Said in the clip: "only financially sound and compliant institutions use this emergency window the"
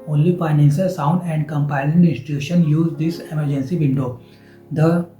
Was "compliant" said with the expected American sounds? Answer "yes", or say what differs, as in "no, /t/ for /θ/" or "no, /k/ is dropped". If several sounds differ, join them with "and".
no, /l/ is dropped and /t/ is dropped